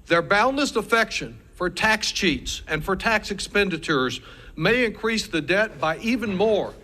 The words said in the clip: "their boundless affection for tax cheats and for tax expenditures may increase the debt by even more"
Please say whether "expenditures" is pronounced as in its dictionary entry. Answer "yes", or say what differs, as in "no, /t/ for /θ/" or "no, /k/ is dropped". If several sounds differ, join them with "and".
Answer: yes